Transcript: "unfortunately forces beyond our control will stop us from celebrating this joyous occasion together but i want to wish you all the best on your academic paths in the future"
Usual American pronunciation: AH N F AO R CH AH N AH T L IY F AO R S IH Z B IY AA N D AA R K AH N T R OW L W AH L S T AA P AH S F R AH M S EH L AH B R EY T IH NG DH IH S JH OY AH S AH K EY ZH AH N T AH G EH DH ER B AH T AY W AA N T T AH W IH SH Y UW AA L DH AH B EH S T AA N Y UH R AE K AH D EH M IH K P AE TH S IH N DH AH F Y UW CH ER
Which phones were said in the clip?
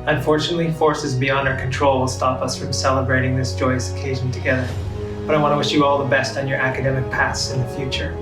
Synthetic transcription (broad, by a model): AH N F AO R CH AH N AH T L IY F AO R S IH Z B IY AA N D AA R K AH N T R OW L W AH L S T AA P AH S F R AH M S EH L AH B R EY T IH NG DH IH S JH OY AH S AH K EY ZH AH N T AH G EH DH ER B AH T AY W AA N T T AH W IH SH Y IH AA L DH AH B EH S T N Y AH R AE K AH D EH M IH K P AE TH S IH N DH AH F Y UW CH ER